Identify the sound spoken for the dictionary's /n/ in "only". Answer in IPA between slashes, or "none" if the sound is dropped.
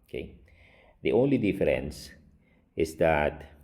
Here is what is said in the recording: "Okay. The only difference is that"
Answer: /n/